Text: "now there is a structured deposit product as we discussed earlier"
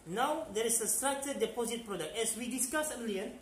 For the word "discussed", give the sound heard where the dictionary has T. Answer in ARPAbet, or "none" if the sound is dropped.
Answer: none